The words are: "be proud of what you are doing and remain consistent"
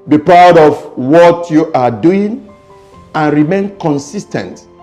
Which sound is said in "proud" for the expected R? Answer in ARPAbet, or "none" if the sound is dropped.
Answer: R